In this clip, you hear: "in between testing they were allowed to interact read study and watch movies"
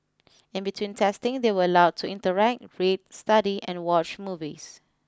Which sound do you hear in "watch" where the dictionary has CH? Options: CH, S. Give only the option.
CH